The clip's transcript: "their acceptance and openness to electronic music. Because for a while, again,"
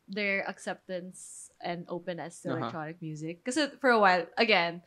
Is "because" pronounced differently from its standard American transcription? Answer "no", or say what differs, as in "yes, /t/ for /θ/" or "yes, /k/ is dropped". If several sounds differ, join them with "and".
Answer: yes, /z/ is dropped